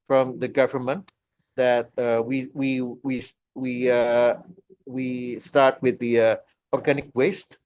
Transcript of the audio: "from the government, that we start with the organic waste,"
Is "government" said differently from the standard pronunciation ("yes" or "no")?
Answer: no